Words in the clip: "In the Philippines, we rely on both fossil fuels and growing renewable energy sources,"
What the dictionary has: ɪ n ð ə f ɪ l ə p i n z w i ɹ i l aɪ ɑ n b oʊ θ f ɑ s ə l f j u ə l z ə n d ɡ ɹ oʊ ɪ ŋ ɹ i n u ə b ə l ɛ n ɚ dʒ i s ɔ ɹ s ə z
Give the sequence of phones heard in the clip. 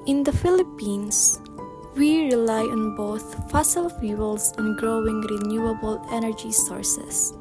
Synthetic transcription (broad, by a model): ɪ n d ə f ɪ l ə p i n s w i ɹ i l aɪ ɑ n b oʊ θ f ɑ s ə l f j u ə l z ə n ɡ ɹ oʊ ɪ ŋ ɹ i n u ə b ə l ɛ n ɚ dʒ i s ɔ ɹ s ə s